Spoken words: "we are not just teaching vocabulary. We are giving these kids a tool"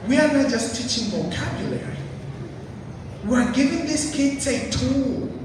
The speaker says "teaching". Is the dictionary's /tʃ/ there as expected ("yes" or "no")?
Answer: yes